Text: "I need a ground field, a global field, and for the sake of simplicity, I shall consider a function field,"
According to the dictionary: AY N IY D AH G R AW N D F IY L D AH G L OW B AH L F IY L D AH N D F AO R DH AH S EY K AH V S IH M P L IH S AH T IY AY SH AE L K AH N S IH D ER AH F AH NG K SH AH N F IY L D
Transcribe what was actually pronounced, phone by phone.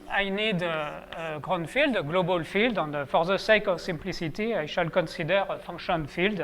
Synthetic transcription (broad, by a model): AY N IY D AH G R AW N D F IY L D G L OW B AH L F IY L D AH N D F AO R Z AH S EY K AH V S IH M P L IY S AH T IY AY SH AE L K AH S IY D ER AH F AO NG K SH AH N F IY L D